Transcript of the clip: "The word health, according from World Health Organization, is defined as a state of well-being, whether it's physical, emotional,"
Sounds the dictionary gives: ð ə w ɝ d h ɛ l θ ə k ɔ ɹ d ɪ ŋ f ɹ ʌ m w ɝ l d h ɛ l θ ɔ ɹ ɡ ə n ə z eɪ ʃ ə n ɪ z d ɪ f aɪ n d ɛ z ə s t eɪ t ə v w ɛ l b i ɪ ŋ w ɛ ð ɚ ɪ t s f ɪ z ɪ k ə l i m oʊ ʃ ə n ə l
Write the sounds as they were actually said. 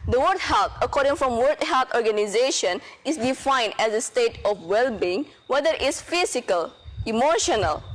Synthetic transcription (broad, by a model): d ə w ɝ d h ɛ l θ ə k ɔ ɹ d ɪ ŋ f ɹ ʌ m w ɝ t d h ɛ l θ ɔ ɹ ɡ ə n ə z eɪ ʃ ə n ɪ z d ɪ f aɪ n d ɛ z ə s t eɪ t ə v w ɛ l b i ɪ ŋ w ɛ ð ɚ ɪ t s f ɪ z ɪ k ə l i m oʊ ʃ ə n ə l